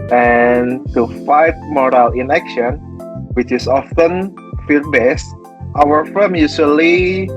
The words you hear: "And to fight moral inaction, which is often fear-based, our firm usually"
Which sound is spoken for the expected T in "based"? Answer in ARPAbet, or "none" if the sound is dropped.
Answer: T